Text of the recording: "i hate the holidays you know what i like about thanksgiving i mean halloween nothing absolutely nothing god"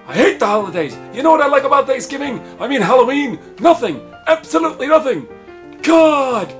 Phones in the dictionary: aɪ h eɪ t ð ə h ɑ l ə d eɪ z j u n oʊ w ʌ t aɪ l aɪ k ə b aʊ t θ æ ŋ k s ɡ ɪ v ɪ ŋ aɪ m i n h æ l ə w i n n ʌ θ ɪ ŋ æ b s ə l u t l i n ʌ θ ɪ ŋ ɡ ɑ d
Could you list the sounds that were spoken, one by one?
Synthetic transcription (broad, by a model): aɪ h eɪ t ð ə h ɑ l ə d eɪ z j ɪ n oʊ w ʌ t aɪ l aɪ k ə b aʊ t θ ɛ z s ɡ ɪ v ɪ ŋ aɪ m i n h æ l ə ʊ i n n ʌ θ ɪ ŋ æ b s ə l u t l i n ʌ θ ɪ ŋ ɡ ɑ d